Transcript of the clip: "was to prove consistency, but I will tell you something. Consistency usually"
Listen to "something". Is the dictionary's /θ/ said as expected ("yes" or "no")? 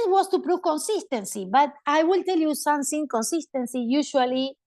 no